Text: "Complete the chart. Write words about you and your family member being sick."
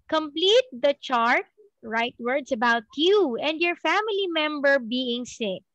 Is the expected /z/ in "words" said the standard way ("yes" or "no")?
no